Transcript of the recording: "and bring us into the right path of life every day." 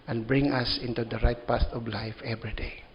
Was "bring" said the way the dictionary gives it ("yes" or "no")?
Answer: yes